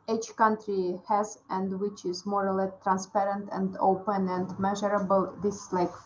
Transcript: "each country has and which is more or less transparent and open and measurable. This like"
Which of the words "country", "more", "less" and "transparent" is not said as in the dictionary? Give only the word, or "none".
less